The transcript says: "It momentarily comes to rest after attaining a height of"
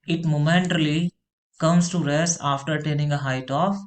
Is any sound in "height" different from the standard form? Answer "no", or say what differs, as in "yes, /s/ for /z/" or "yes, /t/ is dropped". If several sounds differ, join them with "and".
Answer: no